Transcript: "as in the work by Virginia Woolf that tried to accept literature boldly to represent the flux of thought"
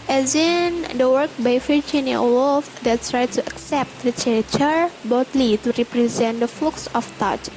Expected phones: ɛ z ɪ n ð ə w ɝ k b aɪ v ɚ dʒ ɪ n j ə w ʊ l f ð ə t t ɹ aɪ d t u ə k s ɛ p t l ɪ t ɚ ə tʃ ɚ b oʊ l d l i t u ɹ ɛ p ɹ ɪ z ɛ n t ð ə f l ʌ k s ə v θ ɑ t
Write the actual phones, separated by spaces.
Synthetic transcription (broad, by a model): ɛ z ɪ n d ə w ɝ k b aɪ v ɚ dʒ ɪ n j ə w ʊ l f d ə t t ɹ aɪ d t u ə k s ɛ p t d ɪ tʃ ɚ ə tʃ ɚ b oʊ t l i t u ɹ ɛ p ɹ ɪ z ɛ n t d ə f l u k s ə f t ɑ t